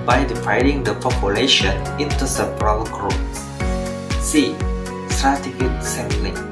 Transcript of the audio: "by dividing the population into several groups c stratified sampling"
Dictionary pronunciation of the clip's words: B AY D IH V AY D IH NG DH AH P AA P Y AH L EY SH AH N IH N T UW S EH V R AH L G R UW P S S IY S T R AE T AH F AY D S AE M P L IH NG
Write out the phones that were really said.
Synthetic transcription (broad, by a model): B AY D IH V AY D IH NG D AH P AA P Y AH L EY SH AH N IH N T UW S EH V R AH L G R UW S S IY S T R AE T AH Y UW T S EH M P L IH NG